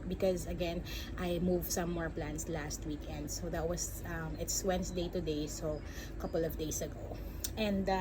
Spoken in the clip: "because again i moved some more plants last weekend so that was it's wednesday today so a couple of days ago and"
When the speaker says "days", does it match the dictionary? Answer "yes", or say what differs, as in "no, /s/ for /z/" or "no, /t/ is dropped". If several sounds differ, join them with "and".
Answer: no, /s/ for /z/